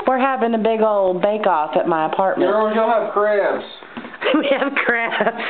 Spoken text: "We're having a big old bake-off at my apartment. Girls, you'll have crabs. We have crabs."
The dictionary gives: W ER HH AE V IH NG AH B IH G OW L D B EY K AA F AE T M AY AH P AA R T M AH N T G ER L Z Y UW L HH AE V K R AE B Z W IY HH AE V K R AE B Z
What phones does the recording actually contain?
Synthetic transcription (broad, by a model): W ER HH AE V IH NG AH B IH G OW L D B EY K AA F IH T M AY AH P AA R T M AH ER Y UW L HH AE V K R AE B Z W IY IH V K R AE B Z